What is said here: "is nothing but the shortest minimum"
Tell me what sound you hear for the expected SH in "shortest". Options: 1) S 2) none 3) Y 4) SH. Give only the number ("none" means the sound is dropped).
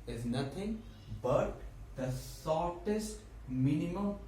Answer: 1